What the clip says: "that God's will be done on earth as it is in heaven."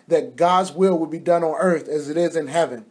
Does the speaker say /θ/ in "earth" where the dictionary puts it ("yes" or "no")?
yes